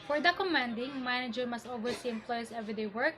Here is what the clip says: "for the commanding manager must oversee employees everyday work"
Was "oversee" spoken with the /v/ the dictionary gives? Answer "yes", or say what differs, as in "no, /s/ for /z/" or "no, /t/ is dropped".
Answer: no, /w/ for /v/